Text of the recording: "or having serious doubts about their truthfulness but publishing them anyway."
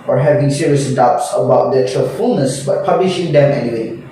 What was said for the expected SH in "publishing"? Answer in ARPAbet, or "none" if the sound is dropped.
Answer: SH